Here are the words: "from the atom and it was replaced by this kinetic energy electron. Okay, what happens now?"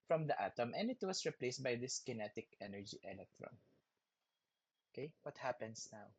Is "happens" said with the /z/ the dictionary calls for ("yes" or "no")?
no